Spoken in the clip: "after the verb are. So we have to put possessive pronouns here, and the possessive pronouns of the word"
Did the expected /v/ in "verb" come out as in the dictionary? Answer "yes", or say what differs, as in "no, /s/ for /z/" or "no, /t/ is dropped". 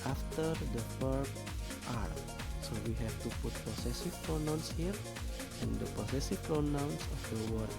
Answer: no, /f/ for /v/